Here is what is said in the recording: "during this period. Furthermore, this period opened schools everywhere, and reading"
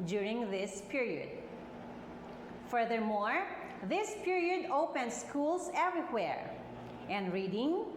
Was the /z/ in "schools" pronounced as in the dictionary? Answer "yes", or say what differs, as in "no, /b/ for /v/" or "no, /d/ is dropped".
no, /s/ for /z/